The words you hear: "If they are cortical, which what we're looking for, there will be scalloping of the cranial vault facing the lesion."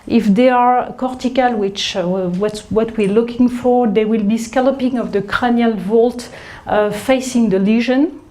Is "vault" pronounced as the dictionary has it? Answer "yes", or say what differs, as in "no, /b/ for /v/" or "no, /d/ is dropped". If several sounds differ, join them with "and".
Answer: yes